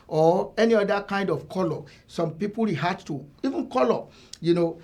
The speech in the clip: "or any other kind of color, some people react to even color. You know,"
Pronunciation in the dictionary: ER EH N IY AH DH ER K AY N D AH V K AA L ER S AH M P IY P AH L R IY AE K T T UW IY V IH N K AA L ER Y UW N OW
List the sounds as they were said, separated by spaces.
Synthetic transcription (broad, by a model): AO EH N IY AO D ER K AY N D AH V K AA L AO S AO M P IY P AH L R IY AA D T T UW IY V IH N K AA L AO Y UW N OW